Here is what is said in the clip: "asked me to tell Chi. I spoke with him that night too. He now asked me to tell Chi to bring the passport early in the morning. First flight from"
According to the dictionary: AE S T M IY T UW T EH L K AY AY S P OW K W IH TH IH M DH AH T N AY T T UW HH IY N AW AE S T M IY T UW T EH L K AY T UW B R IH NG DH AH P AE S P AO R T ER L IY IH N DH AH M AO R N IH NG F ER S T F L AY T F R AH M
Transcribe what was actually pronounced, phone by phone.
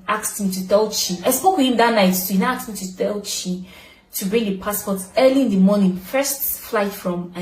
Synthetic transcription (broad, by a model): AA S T M IY T UW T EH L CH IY AY S P OW K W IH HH IH M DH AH T N AY T S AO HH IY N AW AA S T M IY T UW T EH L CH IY T UW B R IH NG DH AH P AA S P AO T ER L IY IH N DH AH M AO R N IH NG F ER S T F L AY T F R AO M